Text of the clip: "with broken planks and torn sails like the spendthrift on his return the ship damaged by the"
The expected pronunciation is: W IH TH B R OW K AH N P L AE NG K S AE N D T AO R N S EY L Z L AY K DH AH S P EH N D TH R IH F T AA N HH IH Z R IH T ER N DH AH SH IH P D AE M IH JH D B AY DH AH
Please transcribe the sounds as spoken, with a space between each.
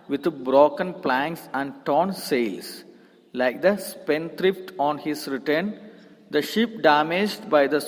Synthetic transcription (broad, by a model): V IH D B R OW K AH N P L AE NG K S AE N D T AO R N S EY L S L AY K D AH S P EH N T R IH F T AA N HH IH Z R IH T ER N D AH SH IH P D AE M IH JH D B AY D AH